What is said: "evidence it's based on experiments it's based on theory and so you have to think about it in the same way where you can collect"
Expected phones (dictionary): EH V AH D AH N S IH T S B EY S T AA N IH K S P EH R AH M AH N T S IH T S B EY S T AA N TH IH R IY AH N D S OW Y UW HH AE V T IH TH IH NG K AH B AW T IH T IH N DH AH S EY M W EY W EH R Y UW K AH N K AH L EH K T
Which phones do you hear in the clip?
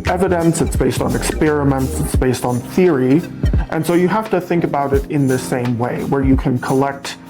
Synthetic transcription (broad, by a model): EH V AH D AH N S IH T S B EY S T N IH K S P EH R AH M AH N T S IH T S B EY S T N TH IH R IY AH N S OW Y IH HH AE F T IH TH IH NG K AH B AW T IH T IH N DH AH S EY M W EY W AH R Y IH K AH N K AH L EH K T